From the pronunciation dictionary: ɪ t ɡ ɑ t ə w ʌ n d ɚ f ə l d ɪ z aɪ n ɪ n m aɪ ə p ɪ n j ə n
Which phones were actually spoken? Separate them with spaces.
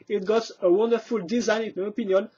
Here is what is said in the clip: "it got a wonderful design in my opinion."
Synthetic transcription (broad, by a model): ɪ t ɡ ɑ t ə w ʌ n d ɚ f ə l d ɪ z aɪ n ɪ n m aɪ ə p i n j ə n